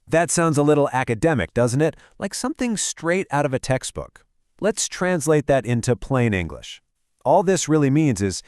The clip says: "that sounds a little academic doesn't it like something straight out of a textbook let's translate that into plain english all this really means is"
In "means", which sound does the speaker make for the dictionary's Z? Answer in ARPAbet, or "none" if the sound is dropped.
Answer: Z